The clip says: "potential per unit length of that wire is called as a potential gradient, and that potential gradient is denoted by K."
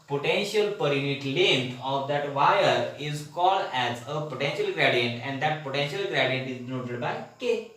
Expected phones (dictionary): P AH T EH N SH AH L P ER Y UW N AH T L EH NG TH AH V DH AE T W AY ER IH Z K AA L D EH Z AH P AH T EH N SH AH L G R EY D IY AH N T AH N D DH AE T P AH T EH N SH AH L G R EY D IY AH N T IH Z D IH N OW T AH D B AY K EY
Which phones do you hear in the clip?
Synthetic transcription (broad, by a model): P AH T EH N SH AH L P ER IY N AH T L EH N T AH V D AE T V AY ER IH Z K AA L D EH Z AH P AH T EH N SH AH L G R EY D IY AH N T AH N D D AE T P AH T EH N SH AH L G R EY D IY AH N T IH Z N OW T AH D B AY K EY